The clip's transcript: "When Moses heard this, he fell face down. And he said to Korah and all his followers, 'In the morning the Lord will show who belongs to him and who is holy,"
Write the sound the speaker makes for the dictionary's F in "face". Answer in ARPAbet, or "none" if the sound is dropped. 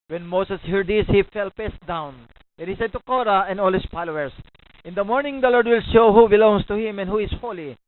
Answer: P